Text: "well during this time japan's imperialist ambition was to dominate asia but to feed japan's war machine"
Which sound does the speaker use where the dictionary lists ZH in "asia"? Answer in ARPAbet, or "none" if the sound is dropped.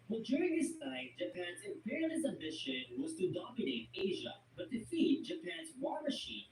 ZH